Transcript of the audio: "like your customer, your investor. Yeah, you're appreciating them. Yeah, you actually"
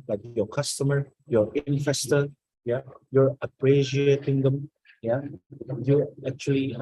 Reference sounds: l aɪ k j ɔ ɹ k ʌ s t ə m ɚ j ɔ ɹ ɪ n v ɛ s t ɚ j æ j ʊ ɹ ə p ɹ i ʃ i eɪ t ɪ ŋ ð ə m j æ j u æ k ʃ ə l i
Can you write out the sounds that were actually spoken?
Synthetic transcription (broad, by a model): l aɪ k j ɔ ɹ k ʌ s t ə m ɚ j ɔ ɹ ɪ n f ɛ s t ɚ j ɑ j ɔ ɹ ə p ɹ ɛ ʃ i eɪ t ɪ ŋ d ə m j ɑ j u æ k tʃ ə l i